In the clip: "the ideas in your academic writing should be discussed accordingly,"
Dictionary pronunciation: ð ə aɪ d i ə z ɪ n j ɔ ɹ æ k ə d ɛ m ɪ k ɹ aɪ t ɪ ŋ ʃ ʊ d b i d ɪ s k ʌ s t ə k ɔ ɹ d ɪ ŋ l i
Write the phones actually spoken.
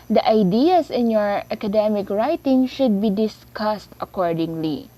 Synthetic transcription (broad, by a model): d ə aɪ d i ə s ɪ n j ɔ ɹ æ k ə d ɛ m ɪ k ɹ aɪ t ɪ ŋ ʃ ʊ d b i d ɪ s k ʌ s t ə k ɔ ɹ d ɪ ŋ l i